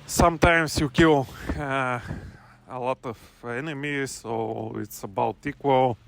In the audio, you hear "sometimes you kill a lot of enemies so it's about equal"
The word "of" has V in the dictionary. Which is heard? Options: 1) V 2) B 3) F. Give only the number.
3